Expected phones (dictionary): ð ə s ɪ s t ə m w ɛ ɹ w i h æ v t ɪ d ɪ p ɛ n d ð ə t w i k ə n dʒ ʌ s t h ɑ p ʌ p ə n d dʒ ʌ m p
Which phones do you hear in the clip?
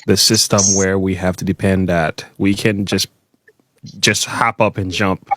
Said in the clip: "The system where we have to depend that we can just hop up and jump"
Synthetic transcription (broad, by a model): ð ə s ɪ s t ə m w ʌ ɹ w i h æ f t ɪ d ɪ p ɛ n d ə t w i k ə n dʒ ʌ s t h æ p ʌ p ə n dʒ ʌ m p